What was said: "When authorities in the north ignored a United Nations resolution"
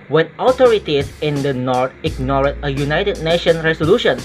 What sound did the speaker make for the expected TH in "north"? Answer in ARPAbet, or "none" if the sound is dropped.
T